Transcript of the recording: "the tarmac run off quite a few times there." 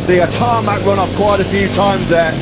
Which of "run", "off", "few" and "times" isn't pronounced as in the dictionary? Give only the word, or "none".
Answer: off